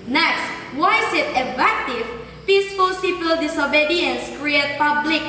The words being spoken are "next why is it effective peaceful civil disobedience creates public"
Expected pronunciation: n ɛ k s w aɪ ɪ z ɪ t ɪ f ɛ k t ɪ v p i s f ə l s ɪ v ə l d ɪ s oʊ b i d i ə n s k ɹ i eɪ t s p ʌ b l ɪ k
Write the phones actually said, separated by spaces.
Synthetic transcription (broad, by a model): n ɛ k s w aɪ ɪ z ɪ t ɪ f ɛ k t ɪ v p i s f ə l s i p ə l d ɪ s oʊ b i d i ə n s k ɹ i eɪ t p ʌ b l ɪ k